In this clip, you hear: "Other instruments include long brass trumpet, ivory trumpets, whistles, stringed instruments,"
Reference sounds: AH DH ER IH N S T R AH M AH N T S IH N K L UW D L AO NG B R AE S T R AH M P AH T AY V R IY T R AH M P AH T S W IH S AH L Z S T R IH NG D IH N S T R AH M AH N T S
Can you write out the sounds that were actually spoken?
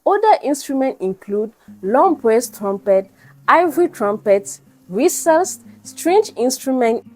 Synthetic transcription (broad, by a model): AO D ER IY N S T R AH M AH N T IH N K L UW D L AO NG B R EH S T R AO M P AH T AY V R IY T R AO M P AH T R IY S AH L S S T R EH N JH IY N S T R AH M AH N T